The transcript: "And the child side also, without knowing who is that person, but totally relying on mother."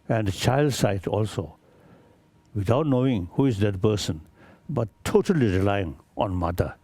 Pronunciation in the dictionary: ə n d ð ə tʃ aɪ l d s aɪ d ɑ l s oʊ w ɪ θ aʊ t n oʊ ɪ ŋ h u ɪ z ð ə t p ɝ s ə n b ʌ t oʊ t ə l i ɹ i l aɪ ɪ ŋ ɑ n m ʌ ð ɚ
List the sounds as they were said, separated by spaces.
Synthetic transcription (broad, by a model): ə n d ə tʃ aɪ l d s aɪ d ɑ l s oʊ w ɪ t aʊ t n oʊ ɪ ŋ h u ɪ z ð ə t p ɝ s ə n b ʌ t oʊ t ə l i ɹ i l aɪ ɪ ŋ ɑ n m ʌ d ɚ